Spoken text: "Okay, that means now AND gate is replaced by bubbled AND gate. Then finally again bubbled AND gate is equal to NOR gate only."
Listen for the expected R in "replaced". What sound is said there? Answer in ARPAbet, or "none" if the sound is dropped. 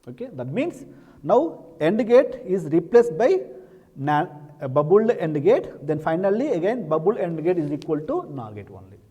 R